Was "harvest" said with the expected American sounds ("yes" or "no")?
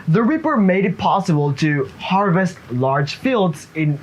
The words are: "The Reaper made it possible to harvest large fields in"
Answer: yes